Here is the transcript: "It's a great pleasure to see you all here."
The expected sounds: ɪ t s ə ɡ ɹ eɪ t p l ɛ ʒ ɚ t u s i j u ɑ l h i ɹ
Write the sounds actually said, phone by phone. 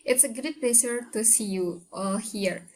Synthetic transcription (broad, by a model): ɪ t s ə ɡ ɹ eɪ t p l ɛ s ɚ t u s i j u ɑ l h i ɹ